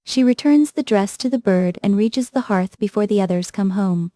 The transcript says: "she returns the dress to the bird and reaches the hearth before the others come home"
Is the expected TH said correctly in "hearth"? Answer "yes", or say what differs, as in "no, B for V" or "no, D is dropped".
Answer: yes